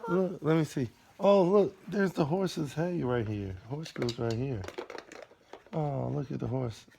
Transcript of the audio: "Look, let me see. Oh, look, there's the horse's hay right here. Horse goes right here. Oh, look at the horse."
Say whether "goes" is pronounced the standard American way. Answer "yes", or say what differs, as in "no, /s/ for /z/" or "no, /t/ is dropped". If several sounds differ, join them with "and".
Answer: yes